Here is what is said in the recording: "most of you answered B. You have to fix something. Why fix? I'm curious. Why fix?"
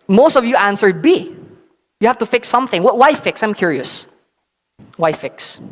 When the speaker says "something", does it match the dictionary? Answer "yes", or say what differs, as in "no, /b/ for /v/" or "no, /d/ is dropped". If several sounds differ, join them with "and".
yes